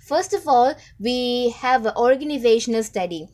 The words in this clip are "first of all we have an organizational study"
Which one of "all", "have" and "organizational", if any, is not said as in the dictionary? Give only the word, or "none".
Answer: none